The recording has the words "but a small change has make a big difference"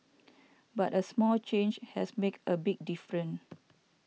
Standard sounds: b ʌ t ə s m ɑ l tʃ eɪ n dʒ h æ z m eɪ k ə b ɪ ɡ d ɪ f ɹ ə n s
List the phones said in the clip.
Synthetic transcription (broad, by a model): b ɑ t ə s m ɑ l tʃ eɪ n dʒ h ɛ s m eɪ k ə b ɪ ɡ d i f ɹ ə n